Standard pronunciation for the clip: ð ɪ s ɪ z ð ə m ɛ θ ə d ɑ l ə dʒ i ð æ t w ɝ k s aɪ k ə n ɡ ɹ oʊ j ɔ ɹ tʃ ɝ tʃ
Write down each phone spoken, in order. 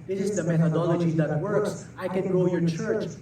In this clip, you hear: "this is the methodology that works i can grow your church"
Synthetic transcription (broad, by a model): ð ɪ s ɪ z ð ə m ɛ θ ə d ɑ l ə dʒ i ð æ t w ɝ k s aɪ k ə n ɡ oʊ j ɔ ɹ tʃ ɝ tʃ